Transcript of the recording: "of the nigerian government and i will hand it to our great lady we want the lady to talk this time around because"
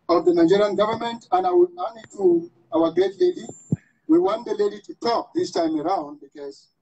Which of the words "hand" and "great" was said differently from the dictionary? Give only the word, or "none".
hand